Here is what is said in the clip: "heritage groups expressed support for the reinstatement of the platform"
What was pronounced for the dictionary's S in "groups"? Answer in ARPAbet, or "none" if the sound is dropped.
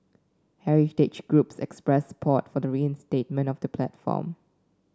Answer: S